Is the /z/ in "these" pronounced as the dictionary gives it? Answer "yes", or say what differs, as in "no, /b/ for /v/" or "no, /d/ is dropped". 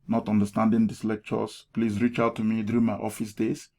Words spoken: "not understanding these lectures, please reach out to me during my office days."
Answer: no, /s/ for /z/